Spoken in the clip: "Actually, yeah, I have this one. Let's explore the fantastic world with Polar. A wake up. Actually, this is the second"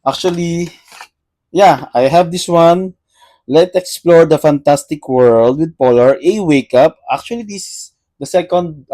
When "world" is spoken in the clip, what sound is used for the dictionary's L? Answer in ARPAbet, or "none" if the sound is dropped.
L